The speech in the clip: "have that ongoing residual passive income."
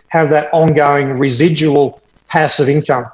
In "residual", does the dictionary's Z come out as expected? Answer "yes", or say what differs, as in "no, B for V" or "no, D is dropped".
yes